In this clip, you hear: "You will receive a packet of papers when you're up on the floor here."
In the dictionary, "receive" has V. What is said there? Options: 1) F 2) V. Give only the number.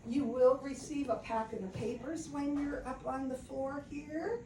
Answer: 2